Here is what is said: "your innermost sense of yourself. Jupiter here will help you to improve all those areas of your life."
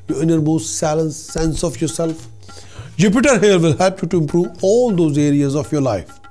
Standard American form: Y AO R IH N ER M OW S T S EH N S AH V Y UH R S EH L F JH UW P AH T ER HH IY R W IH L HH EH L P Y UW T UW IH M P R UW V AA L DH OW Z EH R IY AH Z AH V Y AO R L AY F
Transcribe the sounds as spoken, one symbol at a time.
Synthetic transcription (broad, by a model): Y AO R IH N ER M OW S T S EH N S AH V Y UH R S EH L F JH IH P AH T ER HH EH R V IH L HH EH L P Y UW T UW IH M P R UW V AA L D OW Z EH R IY AH Z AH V Y AO R L AY F